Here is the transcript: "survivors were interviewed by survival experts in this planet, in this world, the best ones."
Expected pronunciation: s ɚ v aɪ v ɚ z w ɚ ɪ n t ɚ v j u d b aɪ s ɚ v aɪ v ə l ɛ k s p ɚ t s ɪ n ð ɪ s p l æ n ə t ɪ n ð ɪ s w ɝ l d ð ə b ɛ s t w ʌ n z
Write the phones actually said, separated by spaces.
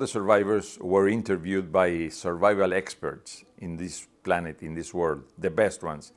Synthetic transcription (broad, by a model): s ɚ v aɪ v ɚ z w ɚ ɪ n t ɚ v j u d b aɪ s ɚ v aɪ v ə l ɛ k s p ɚ t s ɪ n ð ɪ s p l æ n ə t ɪ n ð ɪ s w ɝ l d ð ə b ɛ s t w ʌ n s